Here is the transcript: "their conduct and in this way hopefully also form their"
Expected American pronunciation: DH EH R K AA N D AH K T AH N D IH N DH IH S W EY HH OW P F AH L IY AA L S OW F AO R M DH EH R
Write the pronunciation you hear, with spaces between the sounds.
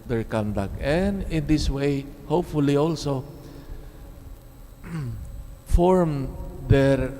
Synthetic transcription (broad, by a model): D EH R K AA N D AH K T AH N D IH N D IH S W EY HH OW P F AH L IY AA L S OW F AO R M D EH R